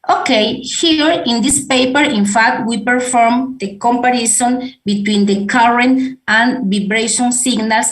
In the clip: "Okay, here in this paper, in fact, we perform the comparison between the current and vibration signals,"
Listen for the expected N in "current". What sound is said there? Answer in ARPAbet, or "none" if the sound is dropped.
N